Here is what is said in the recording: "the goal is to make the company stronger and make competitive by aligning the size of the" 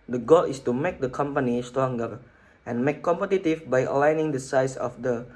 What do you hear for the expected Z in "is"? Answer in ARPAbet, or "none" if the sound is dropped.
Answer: S